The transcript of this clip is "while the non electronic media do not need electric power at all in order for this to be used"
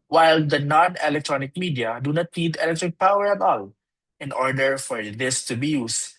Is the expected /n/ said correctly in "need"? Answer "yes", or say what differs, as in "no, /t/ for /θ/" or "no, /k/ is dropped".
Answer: no, /l/ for /n/